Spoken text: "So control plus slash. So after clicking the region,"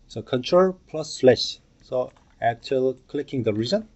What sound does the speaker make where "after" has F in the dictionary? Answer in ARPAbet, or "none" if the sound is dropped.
none